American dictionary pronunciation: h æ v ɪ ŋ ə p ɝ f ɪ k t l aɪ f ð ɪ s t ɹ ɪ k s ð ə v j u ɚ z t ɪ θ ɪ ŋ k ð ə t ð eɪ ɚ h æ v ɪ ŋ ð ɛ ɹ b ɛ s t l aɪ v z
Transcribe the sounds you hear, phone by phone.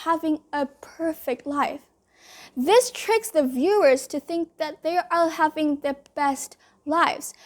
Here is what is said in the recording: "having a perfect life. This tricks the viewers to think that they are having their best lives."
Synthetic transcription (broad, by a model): h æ v ɪ ŋ ə p ɝ f ɪ k t l aɪ f ð ɪ s t ɹ ɪ k s ð ə v j u ɚ z t ɪ θ ɪ ŋ k ð ə t ð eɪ ɚ h æ v ɪ ŋ ð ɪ b ɛ s t l aɪ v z